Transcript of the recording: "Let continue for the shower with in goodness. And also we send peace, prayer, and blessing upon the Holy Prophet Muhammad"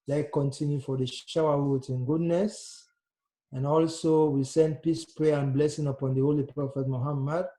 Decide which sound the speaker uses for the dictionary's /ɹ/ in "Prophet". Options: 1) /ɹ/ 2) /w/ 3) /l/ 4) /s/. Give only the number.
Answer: 3